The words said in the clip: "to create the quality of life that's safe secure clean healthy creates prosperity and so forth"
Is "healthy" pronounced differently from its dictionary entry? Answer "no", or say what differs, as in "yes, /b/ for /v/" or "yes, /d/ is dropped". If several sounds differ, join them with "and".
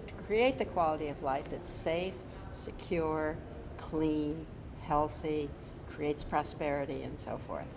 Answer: no